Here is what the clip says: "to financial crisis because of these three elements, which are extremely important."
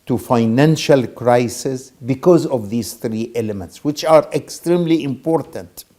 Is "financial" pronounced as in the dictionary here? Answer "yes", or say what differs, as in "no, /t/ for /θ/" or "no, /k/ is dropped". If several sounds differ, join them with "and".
yes